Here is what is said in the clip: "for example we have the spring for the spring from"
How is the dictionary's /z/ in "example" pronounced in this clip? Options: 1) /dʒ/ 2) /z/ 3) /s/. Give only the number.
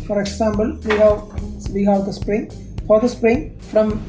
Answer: 3